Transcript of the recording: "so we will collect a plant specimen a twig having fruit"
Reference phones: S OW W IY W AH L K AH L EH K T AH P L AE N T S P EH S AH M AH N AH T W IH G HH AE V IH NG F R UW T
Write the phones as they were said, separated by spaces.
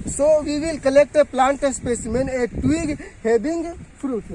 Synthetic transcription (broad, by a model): S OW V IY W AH L K AH L EH K T AH P L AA N T S P EH S AH M AH N AH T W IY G HH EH B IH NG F R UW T